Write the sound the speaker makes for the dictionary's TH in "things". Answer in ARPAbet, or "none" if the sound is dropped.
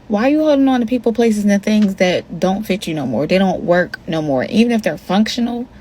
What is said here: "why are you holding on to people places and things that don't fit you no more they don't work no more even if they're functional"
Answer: TH